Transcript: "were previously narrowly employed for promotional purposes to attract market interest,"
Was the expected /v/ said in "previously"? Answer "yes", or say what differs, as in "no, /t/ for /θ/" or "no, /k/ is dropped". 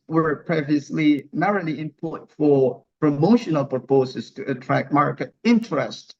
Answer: yes